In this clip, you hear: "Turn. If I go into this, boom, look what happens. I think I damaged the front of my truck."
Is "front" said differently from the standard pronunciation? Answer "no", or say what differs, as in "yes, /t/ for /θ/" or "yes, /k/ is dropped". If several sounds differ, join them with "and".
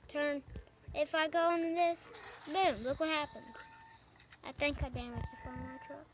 yes, /ɹ/ is dropped